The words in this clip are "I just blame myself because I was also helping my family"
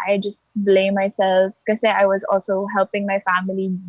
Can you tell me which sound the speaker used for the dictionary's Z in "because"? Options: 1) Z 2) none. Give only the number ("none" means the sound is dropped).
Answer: 2